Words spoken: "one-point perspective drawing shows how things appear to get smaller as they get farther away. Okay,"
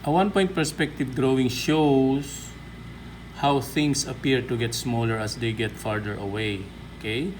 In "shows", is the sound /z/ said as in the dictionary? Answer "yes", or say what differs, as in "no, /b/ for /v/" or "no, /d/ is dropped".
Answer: no, /s/ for /z/